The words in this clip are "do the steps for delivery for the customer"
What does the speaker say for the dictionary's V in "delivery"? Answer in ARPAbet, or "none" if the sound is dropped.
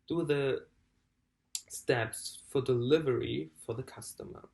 V